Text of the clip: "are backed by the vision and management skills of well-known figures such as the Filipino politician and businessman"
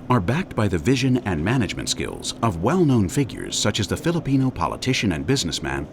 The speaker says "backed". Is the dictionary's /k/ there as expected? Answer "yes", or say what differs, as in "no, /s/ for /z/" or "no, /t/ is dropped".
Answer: yes